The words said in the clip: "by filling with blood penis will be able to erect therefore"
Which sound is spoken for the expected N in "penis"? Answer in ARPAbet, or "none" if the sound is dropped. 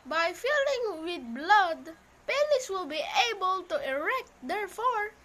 L